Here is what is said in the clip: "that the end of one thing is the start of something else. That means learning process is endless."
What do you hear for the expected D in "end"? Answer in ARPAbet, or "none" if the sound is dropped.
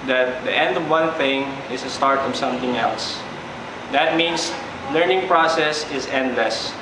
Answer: D